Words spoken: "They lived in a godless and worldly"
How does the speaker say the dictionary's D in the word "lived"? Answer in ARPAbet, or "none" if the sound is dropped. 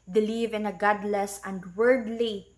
none